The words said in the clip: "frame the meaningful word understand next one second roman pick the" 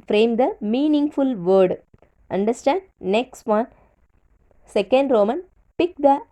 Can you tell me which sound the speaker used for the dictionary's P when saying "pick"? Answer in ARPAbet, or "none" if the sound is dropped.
P